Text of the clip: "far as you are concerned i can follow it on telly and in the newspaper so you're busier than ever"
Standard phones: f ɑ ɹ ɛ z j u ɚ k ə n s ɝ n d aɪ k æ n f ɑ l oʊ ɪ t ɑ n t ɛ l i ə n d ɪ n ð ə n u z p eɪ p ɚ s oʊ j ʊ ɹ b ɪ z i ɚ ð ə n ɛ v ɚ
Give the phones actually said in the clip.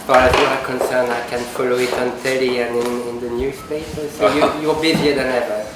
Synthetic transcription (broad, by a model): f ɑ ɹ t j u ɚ k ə n s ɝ n aɪ k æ n f ɑ l oʊ ɪ t ɑ n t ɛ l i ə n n ɪ n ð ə n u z p eɪ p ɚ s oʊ j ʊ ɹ b ɪ z i ɚ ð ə n ɛ v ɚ